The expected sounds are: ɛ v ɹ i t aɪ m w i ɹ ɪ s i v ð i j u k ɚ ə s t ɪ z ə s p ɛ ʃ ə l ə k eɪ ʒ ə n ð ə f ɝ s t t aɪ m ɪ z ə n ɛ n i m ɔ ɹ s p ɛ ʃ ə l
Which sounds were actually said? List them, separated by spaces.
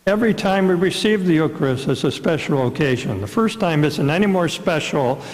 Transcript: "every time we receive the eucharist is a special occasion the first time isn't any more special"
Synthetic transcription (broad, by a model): ɛ v ɹ i t aɪ m w i ɹ ɪ s i v ð i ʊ k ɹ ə s ɪ z ə s p ɛ ʃ l ə k eɪ ʒ ə n ð ə f ɝ s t t aɪ m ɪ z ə n ɛ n i m ɔ ɹ s p ɛ ʃ l